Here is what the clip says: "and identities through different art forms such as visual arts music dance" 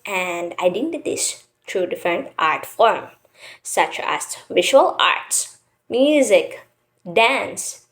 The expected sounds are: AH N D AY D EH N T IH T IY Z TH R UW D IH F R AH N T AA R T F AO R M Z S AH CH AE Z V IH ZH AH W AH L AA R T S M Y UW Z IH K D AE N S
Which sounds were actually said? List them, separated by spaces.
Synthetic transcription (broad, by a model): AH N D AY D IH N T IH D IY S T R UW D IH F R AH N T AA R T F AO R M S AH CH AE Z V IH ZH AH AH L AA R T S M Y UW Z IH K D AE N S